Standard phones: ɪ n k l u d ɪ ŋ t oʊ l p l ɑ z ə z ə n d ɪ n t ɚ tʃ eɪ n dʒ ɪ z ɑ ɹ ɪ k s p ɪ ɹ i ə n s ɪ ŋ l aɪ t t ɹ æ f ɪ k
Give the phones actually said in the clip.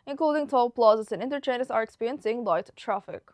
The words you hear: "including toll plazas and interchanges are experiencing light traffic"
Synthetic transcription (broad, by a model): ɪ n k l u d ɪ ŋ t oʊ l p l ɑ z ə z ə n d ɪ n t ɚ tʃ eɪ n ɪ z ɑ ɹ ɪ k s p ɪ ɹ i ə n s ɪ ŋ l aɪ t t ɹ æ f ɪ k